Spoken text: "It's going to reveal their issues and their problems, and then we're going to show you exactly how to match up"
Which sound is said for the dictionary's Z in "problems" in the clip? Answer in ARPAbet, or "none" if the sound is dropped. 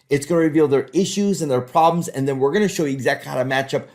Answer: Z